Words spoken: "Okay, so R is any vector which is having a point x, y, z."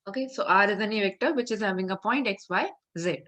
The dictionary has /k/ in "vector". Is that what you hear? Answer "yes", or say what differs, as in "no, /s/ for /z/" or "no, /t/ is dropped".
yes